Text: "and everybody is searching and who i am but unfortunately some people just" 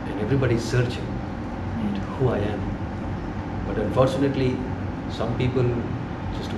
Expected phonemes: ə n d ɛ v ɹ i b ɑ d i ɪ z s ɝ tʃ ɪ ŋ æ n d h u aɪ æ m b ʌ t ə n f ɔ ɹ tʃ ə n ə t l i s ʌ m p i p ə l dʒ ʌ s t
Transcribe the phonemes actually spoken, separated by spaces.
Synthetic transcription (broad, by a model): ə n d ɛ v ɹ i b ɑ d i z s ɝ tʃ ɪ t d h u aɪ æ m b ʌ t ə n f ɔ ɹ tʃ ə n ə t l i s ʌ m p i p ə l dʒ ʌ s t